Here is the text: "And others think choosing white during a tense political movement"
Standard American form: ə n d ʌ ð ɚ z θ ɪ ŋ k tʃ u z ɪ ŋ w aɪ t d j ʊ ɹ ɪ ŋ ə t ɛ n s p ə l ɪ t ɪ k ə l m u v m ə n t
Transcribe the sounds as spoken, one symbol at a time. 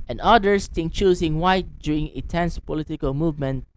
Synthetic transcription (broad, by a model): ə n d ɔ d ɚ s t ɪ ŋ tʃ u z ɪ ŋ w aɪ t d j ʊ ɹ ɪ ŋ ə t ɛ n s p ə l ɪ t ɪ k ə l m u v m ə n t